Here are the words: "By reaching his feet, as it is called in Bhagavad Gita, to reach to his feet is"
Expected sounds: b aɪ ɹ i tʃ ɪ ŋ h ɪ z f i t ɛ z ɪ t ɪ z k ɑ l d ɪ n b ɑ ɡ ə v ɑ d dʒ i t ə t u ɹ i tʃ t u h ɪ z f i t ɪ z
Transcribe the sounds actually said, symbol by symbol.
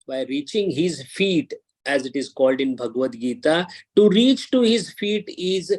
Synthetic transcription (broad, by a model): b aɪ ɹ i tʃ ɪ ŋ h ɪ z f i t ɛ z ɪ t ɪ z k ɑ l d ɪ n b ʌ ɡ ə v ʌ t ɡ i t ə t u ɹ i tʃ t u h ɪ z f i t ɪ z